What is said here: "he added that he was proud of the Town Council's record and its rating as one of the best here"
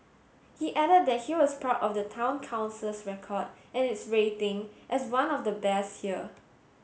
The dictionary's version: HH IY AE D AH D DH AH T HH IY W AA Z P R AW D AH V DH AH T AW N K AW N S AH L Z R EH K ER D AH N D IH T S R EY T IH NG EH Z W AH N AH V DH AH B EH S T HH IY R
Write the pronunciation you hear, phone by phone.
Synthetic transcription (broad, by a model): HH IY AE D AH D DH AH T HH IY W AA S P AW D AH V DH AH T AW N K AW N S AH L S R EH K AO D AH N IH T S R EY T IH NG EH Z W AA N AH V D AH B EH S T HH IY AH